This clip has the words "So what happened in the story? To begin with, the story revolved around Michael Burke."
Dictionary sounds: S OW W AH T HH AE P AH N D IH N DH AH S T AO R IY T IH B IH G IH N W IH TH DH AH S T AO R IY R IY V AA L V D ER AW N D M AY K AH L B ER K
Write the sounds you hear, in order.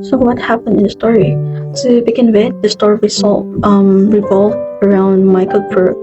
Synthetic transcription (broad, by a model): S OW W AH T HH AE P AH N D IH N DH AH S T AO R IY T IH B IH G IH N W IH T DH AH S T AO R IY R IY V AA L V ER AW N D M AY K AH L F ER